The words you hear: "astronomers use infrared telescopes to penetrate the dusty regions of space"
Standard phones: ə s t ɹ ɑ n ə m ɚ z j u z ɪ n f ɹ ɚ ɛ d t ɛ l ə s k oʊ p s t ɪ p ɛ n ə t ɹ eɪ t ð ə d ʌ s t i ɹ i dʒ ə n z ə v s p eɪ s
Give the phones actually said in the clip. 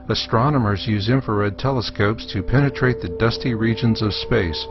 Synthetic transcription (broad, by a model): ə s t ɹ ɑ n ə m ɚ z j u z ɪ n f ɚ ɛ d t ɛ l ə s k oʊ p s t ɪ p ɛ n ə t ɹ eɪ t ð ə d ʌ s t i ɹ i dʒ ə n z ə v s p eɪ s